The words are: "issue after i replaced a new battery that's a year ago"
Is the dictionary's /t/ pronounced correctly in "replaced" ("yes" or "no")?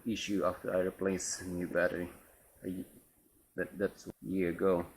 no